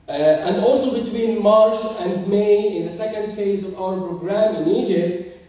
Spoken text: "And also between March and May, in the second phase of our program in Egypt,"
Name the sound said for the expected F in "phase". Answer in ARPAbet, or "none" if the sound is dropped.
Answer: F